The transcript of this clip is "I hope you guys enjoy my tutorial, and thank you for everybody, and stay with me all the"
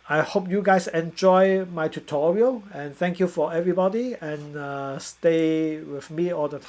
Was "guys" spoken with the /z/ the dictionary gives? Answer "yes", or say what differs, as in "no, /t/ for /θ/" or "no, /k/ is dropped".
no, /s/ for /z/